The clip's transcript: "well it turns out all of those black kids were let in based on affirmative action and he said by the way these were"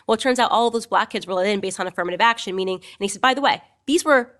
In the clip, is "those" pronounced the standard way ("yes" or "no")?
yes